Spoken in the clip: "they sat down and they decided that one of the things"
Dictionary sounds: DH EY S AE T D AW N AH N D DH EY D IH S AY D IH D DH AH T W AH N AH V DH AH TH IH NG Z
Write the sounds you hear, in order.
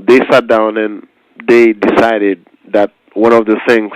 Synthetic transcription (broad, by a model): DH EY S AE T D AW N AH N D DH EY D IH S AY D IH D DH AH T W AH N AH V DH AH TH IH NG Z